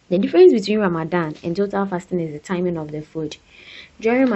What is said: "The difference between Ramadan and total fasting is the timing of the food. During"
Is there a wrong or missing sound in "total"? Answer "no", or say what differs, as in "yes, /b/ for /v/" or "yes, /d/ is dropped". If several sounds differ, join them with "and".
no